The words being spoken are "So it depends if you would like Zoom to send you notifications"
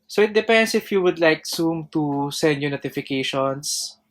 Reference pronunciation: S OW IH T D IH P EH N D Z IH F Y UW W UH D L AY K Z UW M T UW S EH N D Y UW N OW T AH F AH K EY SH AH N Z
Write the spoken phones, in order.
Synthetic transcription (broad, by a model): S OW IH T D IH P EH N D S IH F Y UW W UH D L AY K S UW M T UW S EH N D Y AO N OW T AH F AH K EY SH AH N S